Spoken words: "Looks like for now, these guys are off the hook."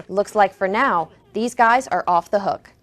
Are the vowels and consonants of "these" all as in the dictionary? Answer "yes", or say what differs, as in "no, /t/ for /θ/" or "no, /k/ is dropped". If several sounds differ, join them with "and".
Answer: yes